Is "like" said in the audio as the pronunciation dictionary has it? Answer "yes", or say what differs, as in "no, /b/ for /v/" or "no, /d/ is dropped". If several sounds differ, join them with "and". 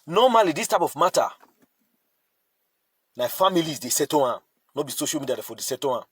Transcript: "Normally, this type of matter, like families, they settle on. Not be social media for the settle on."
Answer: no, /n/ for /l/